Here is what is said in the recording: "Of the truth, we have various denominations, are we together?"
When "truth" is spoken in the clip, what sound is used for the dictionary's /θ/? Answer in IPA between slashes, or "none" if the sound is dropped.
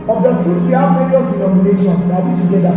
/s/